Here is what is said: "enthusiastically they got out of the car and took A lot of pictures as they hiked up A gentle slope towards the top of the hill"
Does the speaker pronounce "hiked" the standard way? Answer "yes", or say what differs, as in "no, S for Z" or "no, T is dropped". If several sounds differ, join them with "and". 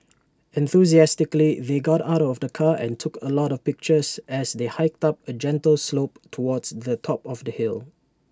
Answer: yes